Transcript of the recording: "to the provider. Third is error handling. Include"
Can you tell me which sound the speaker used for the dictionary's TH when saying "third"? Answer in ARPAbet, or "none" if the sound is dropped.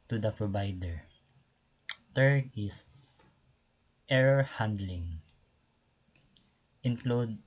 T